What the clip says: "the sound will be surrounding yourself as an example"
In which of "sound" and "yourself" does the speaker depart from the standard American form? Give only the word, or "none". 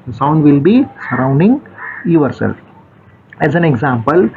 yourself